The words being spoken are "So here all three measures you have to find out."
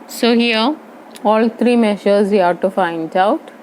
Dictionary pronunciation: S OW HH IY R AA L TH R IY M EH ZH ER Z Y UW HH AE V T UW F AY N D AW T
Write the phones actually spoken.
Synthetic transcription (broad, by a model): S OW HH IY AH AA L T R IY M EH SH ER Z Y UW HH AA T UW F AY N D AW T